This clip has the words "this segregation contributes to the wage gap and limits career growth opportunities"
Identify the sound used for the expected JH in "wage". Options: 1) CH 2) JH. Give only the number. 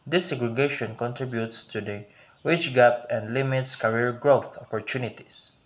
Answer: 1